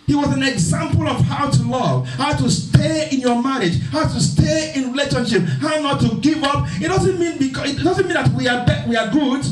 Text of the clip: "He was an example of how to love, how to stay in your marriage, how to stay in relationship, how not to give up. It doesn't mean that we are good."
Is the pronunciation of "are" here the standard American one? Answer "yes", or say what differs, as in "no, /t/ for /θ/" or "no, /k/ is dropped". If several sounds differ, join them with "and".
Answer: no, /w/ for /ɹ/